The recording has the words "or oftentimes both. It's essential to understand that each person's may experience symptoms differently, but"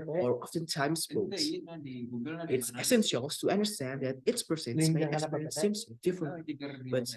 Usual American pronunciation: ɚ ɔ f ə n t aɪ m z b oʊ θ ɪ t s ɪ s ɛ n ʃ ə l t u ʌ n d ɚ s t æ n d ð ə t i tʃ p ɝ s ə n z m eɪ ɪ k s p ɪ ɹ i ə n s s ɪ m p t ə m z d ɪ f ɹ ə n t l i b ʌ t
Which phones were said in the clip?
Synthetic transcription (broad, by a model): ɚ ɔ f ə n t aɪ m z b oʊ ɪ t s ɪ s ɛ n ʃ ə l t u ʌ n d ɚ s t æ n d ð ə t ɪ s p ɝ s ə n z m eɪ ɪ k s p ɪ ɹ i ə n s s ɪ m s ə d ɪ f ɹ ə n t l i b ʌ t